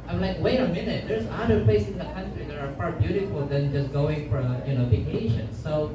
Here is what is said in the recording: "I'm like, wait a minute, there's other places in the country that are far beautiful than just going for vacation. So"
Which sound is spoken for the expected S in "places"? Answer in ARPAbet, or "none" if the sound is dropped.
none